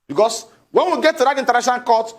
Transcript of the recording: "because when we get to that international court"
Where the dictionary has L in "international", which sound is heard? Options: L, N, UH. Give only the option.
N